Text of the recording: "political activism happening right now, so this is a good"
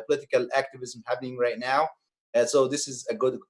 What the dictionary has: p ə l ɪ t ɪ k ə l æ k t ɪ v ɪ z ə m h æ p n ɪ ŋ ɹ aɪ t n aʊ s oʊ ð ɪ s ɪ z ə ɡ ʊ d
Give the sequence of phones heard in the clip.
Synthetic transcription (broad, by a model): p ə l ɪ t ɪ k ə l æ k t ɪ v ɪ z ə m h æ p n ɪ ŋ ɹ aɪ t n aʊ s oʊ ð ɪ s ɪ z ə ɡ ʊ d